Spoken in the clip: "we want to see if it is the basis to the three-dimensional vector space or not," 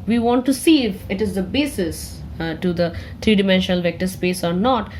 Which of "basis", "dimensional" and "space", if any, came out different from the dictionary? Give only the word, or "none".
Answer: none